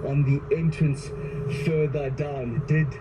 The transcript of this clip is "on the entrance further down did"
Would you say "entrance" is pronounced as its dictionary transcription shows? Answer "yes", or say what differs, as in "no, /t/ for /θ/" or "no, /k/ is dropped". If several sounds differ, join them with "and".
yes